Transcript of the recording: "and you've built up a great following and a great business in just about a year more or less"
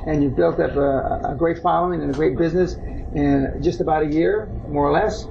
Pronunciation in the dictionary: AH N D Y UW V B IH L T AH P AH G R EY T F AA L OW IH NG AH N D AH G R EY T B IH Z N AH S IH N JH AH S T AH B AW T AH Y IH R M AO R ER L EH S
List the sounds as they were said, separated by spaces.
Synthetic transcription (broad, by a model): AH N Y UW V B IH L T AH P AH G R EY T F AA L OW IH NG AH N AH G R EY T B IH Z N AH S IH N JH AH S T AH B AW T AH Y IH R M AO R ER L EH S